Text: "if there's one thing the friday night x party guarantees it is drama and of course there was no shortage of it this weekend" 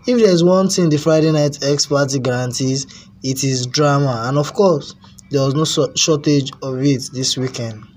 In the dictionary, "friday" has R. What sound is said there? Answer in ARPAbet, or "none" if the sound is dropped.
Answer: R